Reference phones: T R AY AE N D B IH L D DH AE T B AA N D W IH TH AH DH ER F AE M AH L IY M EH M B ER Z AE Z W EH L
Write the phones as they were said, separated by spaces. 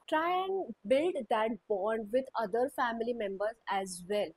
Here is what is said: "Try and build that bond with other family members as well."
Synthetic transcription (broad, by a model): T R AY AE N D B IH L D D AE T B AA N D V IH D AH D ER F AE M AH L IY M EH M B ER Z AE Z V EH L